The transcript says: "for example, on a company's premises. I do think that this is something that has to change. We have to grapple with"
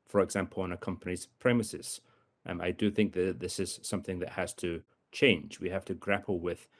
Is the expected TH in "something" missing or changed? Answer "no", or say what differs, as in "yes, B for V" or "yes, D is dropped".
no